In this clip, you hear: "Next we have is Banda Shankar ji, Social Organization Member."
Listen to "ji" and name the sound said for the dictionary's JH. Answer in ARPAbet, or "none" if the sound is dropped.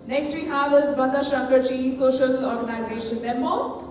CH